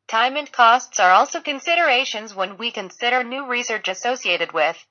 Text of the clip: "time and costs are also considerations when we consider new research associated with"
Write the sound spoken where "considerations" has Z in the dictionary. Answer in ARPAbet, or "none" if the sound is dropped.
Z